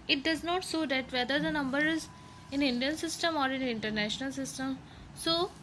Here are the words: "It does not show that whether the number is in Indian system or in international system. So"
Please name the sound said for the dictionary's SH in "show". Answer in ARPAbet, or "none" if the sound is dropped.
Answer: S